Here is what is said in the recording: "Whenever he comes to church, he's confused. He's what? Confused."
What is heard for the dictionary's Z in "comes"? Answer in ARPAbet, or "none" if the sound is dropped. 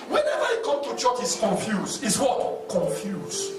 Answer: none